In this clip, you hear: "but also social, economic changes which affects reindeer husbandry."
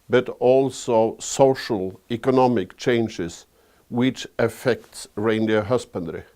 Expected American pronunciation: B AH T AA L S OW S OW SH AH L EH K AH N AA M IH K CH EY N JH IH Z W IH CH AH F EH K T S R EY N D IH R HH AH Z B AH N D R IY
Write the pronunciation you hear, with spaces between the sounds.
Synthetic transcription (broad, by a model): B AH T AA L S OW S OW SH AH L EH K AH N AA M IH K CH EY N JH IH S W IH CH AH F EH K T S R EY N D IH HH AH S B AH N D R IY